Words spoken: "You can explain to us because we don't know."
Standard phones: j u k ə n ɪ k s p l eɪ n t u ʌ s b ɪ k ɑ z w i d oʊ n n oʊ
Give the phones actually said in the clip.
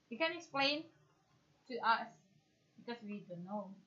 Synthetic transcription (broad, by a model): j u k ə n ɪ k s p l eɪ n t u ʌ s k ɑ s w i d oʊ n n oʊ